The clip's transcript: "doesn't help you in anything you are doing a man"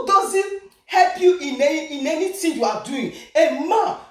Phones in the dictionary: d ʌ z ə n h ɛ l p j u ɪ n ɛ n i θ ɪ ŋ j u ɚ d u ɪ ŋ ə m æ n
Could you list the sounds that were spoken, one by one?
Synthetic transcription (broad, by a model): d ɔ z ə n h ɛ l p j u ɪ n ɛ n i t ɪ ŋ j u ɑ d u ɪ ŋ ə m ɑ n